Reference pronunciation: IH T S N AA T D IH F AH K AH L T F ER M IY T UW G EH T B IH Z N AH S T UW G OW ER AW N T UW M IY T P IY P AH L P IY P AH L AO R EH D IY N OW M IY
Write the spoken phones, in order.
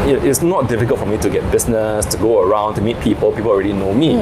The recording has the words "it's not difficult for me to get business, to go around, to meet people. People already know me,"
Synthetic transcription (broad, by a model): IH T S N AA T D IH F AH K AH L T F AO M IY T UW G EH T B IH S N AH S T UW G OW ER AW N T UW M IY T P IY P AH L P IY P AH L AO R EH D IY N OW M IY